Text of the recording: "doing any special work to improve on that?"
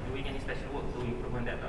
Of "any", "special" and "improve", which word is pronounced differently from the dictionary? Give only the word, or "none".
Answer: improve